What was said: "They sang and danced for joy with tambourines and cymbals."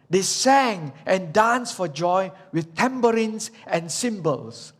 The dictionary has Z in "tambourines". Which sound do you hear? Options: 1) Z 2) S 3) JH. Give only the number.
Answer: 2